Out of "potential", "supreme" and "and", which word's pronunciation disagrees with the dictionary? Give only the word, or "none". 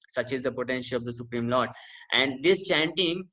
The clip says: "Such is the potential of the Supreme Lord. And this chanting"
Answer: none